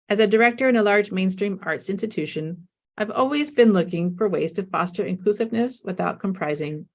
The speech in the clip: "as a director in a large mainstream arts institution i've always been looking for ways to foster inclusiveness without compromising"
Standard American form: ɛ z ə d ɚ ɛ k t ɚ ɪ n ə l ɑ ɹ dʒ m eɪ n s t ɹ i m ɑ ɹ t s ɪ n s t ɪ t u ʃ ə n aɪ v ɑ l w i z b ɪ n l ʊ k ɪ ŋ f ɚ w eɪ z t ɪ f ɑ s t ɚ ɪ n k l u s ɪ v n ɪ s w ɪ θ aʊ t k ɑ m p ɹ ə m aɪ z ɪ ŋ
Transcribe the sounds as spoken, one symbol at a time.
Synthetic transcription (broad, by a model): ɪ z ə d ɚ ɛ k t ɚ ɪ n ə l ɑ ɹ dʒ m eɪ n s t ɹ i m ɑ ɹ t s ɪ n s t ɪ t u ʃ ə n aɪ v ɑ l w i z b ɪ n l ʊ k ɪ ŋ f ɚ w eɪ z t ɪ f ɑ s t ɚ ɪ n k l u s ɪ v n ɪ s w ɪ θ aʊ t k m p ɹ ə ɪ z ɪ ŋ